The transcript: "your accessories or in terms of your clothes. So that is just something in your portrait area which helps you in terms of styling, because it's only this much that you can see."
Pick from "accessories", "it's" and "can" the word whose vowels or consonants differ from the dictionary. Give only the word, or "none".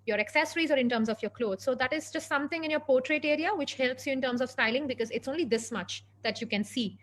none